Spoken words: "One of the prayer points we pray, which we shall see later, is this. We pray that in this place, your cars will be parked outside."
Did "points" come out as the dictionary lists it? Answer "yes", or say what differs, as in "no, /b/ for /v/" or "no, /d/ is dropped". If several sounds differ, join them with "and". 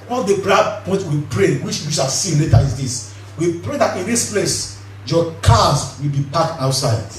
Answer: no, /s/ is dropped